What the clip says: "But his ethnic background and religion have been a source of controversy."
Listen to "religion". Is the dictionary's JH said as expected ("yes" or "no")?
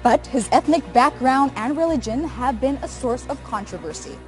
yes